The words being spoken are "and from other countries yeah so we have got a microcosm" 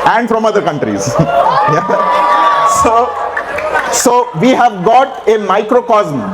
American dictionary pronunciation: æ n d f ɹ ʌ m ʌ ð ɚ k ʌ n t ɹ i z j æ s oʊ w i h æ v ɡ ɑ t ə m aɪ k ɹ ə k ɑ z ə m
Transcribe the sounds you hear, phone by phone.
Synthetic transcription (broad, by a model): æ n d f ɹ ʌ m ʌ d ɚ k ʌ n t ɹ i z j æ s oʊ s i h æ v ɡ ɑ t ə m aɪ k ɹ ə k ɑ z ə m